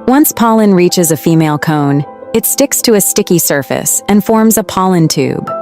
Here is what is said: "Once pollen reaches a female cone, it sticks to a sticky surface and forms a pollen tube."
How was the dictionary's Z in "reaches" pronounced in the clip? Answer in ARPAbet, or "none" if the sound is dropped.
Z